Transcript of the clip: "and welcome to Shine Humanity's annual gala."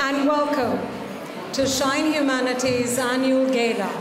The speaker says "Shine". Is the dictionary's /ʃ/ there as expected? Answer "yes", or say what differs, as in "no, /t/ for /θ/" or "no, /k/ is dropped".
yes